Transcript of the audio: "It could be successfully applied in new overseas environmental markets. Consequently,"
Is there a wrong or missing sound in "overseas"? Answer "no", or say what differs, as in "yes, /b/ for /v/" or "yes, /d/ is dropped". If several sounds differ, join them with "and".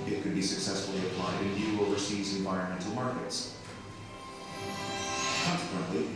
no